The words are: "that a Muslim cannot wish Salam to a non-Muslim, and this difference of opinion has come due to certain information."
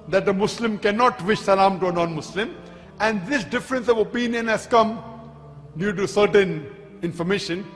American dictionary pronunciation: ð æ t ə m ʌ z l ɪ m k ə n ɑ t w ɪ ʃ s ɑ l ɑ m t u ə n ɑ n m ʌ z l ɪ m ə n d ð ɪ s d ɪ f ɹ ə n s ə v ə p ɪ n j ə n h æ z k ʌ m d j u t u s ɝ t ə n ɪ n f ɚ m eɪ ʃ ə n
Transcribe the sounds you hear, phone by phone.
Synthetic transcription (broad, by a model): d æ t ə m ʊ s l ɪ m k ə n ɑ t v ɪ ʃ s ɑ l ɑ m t u ə n ɑ n m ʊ s l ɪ m ə n d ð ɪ s d ɪ f ɹ ə n s ə v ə p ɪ n j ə n h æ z k ʌ m d j u t u s ɝ t ə n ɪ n f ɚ m eɪ ʃ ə n